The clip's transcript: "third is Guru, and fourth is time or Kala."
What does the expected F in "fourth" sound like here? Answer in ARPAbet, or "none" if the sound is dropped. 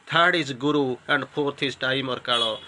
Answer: P